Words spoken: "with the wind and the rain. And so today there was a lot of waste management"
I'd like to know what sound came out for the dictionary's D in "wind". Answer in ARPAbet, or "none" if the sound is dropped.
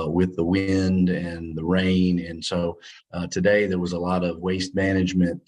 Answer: D